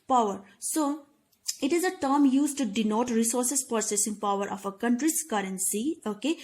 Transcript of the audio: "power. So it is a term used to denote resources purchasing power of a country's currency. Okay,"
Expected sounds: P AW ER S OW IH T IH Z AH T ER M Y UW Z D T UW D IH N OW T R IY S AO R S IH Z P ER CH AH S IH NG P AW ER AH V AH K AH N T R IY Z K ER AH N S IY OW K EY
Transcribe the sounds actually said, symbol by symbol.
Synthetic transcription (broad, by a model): P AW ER S OW IH T IH Z AH T ER M Y UW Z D T UW D IH N OW T R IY S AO R S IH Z P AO S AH S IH NG P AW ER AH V AH K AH N T R IY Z K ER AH N S IY OW K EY